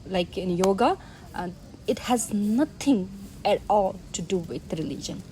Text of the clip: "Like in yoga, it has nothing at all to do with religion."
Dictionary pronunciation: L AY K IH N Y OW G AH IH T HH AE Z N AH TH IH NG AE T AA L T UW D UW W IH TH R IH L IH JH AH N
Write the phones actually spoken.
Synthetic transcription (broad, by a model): L AY K IH N Y OW G AH IH T HH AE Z N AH T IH NG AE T AA L T UW D UW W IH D R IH L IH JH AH N